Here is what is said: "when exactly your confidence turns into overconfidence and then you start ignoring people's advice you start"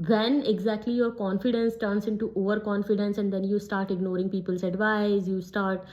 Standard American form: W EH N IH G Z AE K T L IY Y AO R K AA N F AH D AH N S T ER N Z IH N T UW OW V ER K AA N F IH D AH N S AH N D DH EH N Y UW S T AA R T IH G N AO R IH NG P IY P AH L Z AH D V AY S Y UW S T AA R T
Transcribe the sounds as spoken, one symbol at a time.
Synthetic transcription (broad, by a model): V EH N IH G Z AE K T L IY Y AO R K AA N F AH D AH N S T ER N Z IH N T UW OW V ER K AA N F IH D AH N S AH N D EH N Y UW S T AA R T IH G N AO R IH NG P IY P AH L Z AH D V AY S Y UW S T AA R T